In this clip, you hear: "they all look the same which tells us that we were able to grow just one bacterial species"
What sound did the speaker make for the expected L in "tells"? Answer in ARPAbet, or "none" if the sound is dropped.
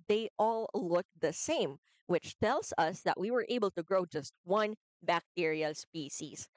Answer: L